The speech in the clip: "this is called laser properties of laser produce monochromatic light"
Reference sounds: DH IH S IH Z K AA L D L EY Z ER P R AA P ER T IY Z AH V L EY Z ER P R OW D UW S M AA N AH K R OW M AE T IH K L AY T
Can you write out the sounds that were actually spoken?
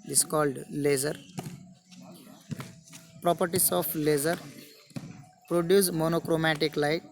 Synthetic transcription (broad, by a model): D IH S K AA L D L EY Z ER P R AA P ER T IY S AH F L EY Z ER P R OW D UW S M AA N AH K R OW M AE T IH K L AY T